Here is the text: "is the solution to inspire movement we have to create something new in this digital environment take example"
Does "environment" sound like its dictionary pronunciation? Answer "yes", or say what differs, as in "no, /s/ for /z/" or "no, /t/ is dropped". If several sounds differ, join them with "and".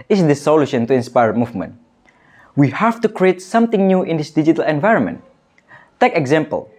yes